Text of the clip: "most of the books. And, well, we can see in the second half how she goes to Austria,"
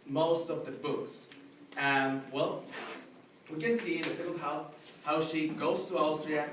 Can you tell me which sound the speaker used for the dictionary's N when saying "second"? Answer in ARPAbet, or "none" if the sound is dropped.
L